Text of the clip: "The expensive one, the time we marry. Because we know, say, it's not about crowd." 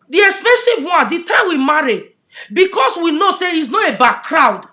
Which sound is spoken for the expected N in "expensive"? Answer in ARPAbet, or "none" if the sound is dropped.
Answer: none